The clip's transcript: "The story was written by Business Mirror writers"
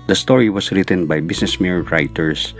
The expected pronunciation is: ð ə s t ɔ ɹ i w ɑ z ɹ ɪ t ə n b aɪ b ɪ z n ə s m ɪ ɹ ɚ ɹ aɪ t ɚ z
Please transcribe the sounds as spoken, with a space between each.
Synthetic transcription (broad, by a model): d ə s t ɔ ɹ i w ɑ s ɹ ɪ t ə n b aɪ b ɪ s n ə s m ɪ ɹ ɹ aɪ t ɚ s